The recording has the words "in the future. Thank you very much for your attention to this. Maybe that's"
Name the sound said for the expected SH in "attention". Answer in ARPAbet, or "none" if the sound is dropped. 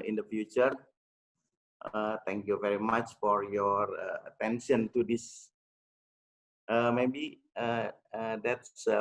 S